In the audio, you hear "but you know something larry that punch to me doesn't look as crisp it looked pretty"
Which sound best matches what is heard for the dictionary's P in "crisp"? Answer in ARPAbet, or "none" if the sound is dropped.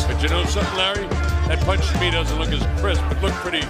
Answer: B